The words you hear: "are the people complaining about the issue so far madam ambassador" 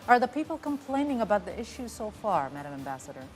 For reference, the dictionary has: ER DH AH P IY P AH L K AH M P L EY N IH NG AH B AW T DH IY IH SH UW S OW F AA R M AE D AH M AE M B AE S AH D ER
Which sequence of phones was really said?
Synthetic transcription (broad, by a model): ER DH AH P IY P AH L K AH M P L EY N IH NG AH B AW T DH IY IH SH UW S OW F AA R M AE D AH M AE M B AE S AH D ER